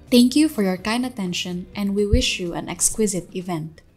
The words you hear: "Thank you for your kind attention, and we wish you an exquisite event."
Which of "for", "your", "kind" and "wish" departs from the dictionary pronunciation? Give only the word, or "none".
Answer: none